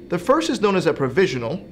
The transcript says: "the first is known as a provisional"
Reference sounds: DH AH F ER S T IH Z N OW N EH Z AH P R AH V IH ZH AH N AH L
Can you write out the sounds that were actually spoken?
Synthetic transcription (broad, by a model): DH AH F ER S T IH Z N OW N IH Z AH P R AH V IH ZH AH N L